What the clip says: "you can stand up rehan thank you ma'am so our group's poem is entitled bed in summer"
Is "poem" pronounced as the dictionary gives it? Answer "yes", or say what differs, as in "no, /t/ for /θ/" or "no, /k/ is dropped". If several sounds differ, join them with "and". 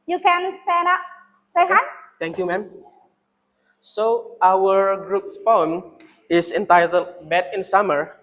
yes